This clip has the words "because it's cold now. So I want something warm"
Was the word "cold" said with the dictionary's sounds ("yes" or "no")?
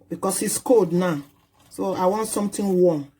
no